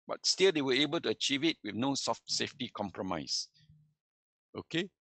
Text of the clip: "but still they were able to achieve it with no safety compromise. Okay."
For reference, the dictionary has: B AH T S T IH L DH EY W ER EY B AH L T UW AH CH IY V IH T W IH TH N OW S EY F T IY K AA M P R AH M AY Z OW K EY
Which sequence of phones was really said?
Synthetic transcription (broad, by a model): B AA T S T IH L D EY W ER EY B AH L T UW AH CH IY V IH T W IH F N OW S EY F T IY K AA M P R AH M AY S OW K EY